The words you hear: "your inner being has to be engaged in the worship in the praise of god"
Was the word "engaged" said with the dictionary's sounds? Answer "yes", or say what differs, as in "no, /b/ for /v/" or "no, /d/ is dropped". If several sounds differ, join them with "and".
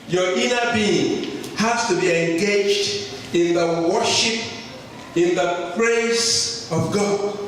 yes